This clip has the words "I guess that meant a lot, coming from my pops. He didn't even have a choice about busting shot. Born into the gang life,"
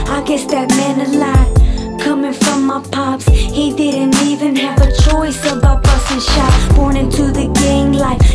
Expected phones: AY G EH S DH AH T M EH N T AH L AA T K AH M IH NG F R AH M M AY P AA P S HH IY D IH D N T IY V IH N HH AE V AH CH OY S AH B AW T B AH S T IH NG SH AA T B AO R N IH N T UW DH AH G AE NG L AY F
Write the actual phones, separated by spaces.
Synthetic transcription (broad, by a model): AY G EH S DH AH T M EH N AH L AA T K AH M IH NG F R AH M M AY P AA P S HH IY D IH D N T IY V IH N HH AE V AH CH OY S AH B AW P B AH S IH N SH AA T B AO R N IH N T UW DH AH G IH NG L AY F